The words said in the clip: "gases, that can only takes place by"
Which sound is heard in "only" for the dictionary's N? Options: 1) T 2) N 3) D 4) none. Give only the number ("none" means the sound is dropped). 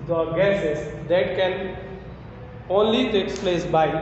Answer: 2